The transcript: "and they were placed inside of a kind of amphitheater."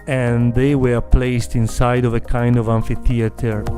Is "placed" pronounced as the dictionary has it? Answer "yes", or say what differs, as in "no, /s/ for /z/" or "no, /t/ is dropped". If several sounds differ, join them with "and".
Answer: yes